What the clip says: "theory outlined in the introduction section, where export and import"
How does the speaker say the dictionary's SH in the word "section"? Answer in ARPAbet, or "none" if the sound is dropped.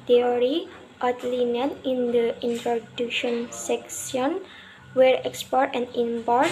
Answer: S